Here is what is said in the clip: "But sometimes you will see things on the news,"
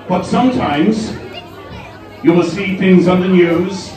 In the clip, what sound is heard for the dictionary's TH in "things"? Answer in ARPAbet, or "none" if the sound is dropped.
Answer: TH